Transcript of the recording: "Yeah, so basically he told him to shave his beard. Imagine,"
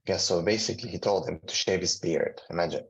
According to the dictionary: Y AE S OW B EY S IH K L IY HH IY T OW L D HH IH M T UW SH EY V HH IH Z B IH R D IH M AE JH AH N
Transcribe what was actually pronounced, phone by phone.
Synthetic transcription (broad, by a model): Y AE S OW B EY S IH K L IY HH IY T OW L D HH IH M T UW SH EY V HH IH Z B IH R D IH M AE JH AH N